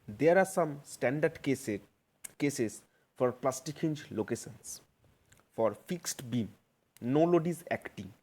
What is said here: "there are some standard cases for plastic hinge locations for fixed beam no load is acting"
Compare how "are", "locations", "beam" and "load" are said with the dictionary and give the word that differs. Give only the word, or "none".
locations